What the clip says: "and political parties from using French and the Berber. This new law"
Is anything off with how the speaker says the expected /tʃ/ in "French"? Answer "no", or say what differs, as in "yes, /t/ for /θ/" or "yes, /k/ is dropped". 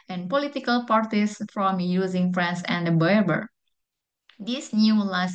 yes, /s/ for /tʃ/